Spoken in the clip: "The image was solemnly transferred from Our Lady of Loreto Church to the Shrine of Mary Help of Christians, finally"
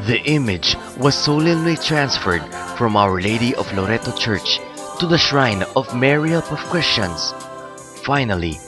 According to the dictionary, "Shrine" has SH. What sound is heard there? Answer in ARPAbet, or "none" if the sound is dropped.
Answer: SH